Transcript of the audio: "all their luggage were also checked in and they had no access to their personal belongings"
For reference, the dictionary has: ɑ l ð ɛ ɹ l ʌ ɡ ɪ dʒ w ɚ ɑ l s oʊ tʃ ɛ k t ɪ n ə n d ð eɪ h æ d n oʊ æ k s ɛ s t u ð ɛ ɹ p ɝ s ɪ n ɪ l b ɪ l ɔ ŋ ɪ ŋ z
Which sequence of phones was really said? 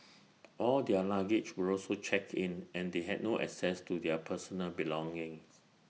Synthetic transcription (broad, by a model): ɑ l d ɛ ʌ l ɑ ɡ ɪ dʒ w ɚ ɑ l s oʊ tʃ ɛ k ɪ n ə n d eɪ h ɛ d n oʊ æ k s ɛ s t u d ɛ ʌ p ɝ s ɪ n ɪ l b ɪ l ɔ ŋ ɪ ŋ